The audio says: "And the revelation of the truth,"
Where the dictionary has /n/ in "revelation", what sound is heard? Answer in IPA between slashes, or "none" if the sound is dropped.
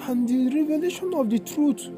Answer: /n/